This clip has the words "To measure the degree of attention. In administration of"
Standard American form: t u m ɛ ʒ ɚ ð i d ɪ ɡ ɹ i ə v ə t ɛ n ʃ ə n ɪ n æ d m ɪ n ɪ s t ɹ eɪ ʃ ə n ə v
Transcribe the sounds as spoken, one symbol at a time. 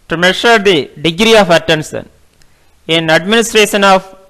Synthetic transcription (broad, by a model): t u m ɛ ʃ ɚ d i d ɪ ɡ ɹ i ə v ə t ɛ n s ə n ɪ n æ d m ɪ n ɪ s t ɹ eɪ ʃ ə n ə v